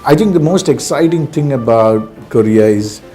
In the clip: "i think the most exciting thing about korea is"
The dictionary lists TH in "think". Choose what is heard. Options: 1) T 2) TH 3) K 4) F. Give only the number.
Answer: 1